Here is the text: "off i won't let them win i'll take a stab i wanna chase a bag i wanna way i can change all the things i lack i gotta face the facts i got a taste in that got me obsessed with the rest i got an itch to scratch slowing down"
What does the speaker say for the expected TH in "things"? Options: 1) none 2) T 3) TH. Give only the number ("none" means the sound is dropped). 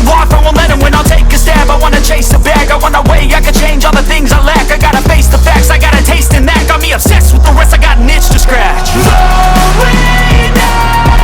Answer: 3